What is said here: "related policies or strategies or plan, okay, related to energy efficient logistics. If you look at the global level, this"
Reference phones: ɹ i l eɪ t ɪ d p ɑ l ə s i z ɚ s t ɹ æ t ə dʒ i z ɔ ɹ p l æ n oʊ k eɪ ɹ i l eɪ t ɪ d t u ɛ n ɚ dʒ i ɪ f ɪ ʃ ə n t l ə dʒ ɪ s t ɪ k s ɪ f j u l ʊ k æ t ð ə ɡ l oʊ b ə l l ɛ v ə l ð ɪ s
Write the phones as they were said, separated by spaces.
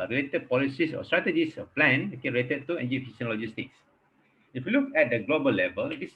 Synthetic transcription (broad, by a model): ɹ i l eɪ t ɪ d p ɑ l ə s i s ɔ s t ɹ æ t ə dʒ i s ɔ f p l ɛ n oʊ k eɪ ɹ i l eɪ t ɪ d t u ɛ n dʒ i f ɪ s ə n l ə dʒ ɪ s t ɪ k s ɪ f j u l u k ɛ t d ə ɡ l oʊ b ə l l ɛ v ə l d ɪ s